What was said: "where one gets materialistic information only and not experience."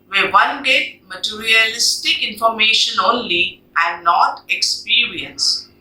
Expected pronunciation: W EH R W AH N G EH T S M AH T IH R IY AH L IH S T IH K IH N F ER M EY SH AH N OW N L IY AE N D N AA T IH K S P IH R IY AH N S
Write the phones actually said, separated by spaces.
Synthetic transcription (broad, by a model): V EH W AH N G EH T M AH T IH R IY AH L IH S T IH K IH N F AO M EY SH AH N OW N L IY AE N N AA T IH K S P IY R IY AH N S